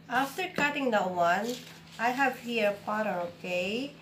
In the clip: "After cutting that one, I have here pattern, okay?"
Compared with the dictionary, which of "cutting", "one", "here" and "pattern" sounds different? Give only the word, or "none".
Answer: pattern